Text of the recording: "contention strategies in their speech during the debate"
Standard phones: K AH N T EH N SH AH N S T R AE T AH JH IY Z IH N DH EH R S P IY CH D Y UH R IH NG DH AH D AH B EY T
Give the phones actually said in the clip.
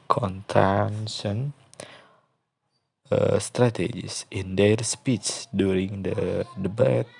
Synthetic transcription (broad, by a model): K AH N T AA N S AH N S T R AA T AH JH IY S IH N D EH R S P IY S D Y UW R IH NG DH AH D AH B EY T